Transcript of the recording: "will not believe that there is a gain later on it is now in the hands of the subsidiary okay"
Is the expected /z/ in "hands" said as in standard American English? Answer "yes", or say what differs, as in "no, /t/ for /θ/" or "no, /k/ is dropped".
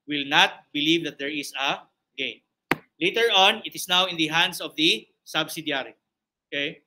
no, /s/ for /z/